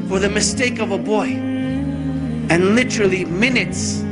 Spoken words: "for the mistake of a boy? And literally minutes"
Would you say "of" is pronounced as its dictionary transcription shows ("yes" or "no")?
yes